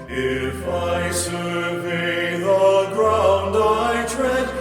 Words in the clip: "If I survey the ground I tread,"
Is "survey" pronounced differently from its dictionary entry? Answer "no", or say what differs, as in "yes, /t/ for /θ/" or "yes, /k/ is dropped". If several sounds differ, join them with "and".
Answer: yes, /ʃ/ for /s/ and /b/ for /v/